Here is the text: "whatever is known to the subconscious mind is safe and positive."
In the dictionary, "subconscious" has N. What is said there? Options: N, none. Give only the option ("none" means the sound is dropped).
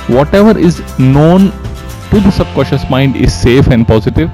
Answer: none